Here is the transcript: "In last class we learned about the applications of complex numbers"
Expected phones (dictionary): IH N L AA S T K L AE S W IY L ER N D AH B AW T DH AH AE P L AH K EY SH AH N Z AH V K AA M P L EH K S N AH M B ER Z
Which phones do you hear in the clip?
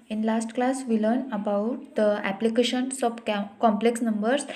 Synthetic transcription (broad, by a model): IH N L AA S T K L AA S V IY L ER N AH B AW T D AH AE P L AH K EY SH AH N S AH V K AA M P L EH K S N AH M B ER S